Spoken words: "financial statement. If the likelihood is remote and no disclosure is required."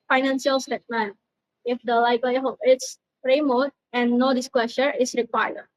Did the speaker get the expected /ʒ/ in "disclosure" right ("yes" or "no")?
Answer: no